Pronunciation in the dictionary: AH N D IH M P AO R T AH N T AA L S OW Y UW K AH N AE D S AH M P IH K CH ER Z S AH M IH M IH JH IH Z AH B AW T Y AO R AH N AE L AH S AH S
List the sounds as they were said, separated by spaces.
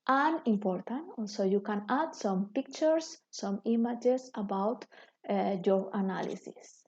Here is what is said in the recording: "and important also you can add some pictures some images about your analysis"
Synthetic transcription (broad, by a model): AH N IH M P AO R T AH N T AA L S OW Y UW K AH N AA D S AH M P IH K CH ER S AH M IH M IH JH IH S AH B AW T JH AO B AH N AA L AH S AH S